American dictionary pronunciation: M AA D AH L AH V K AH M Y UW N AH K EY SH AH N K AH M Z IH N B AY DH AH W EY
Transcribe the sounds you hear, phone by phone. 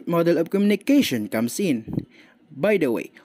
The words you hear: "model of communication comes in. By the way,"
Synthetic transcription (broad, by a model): M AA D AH L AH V K AH M Y UW N AH K EY SH AH N K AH M S IH N B AY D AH W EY